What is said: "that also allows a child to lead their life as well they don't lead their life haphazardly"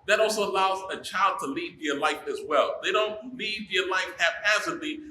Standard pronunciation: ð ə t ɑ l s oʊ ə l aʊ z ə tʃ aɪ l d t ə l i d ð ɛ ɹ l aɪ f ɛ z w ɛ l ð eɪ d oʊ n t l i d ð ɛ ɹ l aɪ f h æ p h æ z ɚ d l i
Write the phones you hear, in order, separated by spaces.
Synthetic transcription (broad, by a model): ð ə t ɑ l s oʊ ə l aʊ z ə tʃ aɪ l d t ə l i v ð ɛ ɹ l aɪ f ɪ z w ɛ l ð eɪ d oʊ n t l i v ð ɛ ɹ l aɪ f h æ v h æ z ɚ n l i